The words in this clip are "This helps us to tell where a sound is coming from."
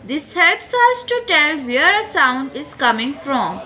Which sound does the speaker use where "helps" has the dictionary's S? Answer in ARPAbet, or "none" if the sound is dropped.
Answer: S